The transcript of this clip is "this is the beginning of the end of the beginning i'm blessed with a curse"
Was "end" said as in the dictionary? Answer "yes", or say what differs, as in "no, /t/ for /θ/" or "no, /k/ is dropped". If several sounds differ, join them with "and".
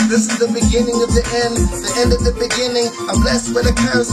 yes